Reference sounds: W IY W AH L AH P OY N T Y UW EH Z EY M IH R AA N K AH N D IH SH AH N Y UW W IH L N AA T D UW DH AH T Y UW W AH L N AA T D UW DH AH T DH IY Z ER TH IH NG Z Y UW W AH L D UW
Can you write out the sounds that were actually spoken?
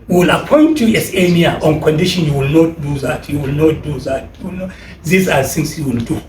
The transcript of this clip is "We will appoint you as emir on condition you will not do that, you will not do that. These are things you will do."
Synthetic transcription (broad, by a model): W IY W AH L AH P OY N T Y UW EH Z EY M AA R AA N K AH N D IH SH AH N Y UW W IH L N AA T D UW DH AH T Y UW W AH L N AA T D UW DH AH T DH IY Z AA S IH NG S Y UW W AH L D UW